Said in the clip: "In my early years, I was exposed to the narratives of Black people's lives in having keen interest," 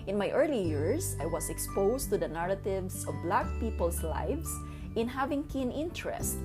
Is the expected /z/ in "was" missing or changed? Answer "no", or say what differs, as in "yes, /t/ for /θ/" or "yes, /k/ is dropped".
yes, /s/ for /z/